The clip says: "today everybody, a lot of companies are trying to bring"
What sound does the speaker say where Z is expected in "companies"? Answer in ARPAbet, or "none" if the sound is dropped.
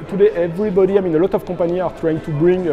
none